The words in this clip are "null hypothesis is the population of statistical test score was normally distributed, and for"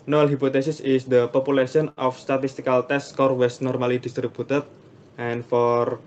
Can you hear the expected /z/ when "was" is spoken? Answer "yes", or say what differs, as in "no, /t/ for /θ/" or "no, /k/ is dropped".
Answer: no, /s/ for /z/